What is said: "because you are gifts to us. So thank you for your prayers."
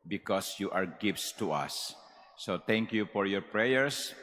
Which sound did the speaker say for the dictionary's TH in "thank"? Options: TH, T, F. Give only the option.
T